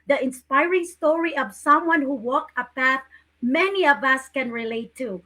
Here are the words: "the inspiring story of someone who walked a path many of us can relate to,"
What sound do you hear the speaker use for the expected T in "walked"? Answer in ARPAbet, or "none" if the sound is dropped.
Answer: none